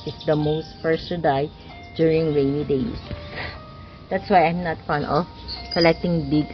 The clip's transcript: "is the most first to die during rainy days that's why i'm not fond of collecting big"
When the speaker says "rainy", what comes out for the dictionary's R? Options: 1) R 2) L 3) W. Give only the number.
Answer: 3